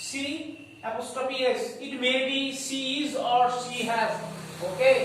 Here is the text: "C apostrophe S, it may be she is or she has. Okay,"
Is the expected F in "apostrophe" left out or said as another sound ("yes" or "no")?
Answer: yes